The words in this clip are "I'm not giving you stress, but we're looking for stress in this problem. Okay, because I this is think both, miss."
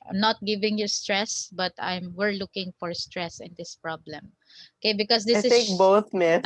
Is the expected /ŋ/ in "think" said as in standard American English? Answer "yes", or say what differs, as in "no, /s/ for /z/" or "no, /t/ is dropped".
no, /ŋ/ is dropped